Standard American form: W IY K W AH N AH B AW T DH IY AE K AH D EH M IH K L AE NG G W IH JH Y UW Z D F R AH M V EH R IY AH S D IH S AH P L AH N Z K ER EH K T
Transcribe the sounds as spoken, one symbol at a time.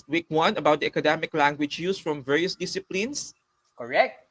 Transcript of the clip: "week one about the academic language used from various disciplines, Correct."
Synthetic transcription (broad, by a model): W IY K W AH N AH B AW T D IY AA K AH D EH M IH K L AE NG G W IH JH Y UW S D F R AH M V EH R IY AH S D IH S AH P L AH N S K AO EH K T